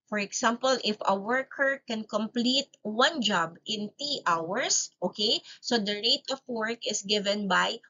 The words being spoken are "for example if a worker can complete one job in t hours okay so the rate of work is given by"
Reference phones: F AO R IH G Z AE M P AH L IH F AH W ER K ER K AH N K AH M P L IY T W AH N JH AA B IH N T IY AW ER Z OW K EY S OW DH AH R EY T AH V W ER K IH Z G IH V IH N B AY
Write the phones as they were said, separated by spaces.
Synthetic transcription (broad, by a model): F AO R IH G S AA M P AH L IH F AH W ER K ER K AH N K AH M P L IY T W AH N JH AA B IH N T IY AW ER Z OW K EY S OW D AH R EY T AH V W ER K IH S G IH V IH N B AY